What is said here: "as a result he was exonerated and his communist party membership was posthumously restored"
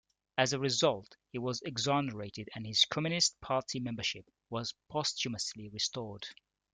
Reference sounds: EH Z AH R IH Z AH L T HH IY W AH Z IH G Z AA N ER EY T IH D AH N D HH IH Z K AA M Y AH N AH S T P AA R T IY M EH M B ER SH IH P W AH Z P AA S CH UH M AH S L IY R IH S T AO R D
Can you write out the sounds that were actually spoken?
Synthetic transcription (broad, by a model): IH Z AH R IH Z AH L T HH IY W AH Z IH G Z AA N ER EY T IH D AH N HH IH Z K AA M Y AH N AH S T P AA R T IY M EH M B ER SH IH P W AH Z P AA S CH UH M AH S L IY R IH S T AO R D